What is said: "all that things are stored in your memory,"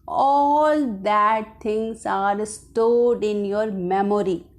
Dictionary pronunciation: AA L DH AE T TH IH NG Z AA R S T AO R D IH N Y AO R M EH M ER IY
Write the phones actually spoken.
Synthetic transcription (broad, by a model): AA L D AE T T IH NG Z AA R S T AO D IH N Y AO R M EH M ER IY